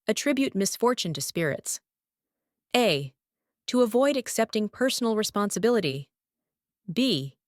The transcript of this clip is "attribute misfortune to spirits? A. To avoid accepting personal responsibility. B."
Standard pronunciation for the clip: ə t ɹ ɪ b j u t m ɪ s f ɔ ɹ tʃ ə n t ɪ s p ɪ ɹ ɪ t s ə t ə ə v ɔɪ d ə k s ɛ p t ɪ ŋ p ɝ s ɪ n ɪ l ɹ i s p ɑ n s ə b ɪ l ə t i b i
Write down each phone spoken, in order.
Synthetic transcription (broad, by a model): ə t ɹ ɪ b j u t m ɪ s f ɔ ɹ tʃ ə n t ɪ s p ɪ ɹ ɪ t s ə t ə ə v ɔɪ d ə k s ɛ p t ɪ ŋ p ɝ s n l ɹ i s p ɑ n s ə b ɪ l ə t i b i